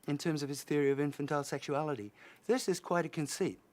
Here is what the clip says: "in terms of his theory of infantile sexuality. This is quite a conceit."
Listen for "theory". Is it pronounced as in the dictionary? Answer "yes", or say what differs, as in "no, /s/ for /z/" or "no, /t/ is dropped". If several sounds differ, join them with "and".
yes